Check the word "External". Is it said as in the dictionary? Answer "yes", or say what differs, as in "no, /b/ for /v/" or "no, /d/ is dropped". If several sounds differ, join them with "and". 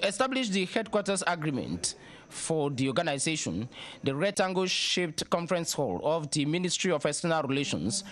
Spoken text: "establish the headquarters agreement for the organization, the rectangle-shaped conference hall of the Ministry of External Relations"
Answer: no, /k/ is dropped